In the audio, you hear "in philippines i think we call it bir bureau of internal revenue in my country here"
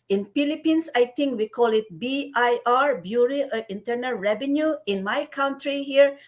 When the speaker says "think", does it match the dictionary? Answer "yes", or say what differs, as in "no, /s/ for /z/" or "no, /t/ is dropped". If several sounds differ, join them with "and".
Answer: no, /t/ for /θ/